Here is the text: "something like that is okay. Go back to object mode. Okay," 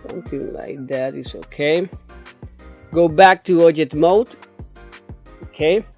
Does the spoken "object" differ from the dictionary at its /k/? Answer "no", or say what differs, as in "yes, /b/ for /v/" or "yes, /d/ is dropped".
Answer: yes, /k/ is dropped